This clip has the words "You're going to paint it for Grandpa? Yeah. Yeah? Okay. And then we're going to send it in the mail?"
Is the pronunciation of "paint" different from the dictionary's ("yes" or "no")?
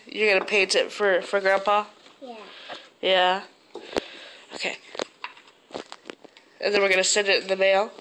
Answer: yes